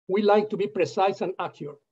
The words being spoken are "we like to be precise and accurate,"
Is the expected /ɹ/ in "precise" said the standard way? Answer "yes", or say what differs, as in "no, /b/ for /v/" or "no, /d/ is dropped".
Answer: yes